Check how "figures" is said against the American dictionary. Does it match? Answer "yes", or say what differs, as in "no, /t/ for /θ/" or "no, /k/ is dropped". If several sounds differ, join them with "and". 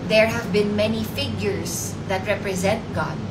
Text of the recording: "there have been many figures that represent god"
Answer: no, /s/ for /z/